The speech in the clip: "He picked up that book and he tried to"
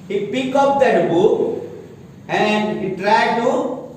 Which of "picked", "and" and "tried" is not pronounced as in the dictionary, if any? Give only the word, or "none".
picked